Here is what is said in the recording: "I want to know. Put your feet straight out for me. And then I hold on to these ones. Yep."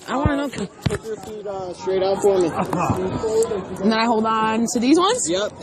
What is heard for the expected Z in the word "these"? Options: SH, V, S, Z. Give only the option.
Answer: Z